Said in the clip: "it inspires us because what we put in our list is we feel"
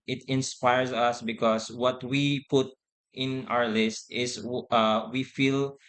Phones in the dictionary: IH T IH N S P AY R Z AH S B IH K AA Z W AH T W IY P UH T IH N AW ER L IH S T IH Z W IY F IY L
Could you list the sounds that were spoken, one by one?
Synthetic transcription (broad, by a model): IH T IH N S P AY R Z AH S B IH K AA S W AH T W IY P UH T IH N AW ER L IH S T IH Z W IY F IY L